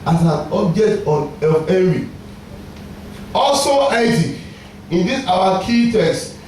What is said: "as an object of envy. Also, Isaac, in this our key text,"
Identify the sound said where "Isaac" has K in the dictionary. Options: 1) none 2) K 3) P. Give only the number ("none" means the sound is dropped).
1